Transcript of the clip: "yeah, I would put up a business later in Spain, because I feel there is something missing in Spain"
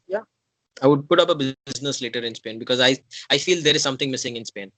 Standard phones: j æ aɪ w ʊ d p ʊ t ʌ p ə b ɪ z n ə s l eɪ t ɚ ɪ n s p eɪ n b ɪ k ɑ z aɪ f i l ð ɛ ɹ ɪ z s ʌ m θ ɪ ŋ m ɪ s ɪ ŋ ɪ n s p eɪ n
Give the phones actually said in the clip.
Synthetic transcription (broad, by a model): j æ aɪ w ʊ d p ʊ t ʌ p ə b ɪ z n ə s l eɪ t ɚ ɪ n s p eɪ n b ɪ k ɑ z aɪ f i l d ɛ ɹ ɪ z s ʌ m t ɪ ŋ m ɪ s ɪ ŋ ɪ n s p eɪ n